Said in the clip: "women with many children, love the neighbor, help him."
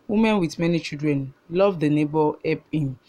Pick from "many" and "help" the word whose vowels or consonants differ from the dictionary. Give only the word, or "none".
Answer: help